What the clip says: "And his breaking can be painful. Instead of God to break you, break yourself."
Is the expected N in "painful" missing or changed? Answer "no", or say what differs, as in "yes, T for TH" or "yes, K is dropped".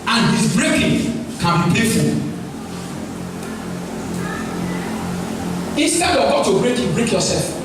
yes, N is dropped